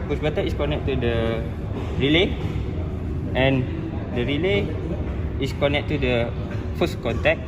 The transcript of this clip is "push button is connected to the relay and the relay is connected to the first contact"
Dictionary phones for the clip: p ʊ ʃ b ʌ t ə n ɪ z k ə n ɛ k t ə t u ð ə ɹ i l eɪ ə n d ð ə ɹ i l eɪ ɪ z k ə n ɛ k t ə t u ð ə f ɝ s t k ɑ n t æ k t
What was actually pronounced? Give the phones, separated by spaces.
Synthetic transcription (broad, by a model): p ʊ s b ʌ t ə ɪ s k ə n ɛ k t t u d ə ɹ i l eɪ ə n d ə ɹ i l eɪ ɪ s k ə n ɛ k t t u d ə f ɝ s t k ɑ n t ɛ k